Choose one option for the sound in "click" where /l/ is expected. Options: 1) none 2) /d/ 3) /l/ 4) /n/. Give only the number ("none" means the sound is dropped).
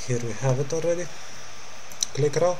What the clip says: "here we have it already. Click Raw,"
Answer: 3